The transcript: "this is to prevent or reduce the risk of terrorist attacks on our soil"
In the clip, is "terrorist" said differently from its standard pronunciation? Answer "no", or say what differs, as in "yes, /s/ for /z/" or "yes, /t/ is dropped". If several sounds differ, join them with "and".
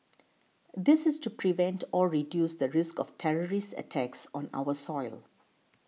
no